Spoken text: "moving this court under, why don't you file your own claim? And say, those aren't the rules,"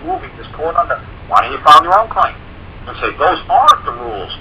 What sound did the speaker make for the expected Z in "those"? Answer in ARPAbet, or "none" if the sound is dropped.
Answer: Z